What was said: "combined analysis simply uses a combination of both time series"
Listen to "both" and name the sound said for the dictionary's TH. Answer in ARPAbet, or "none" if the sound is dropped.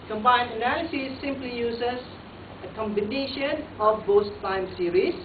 S